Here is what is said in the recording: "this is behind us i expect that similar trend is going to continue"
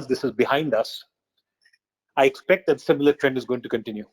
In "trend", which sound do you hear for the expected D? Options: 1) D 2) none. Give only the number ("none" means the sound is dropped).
1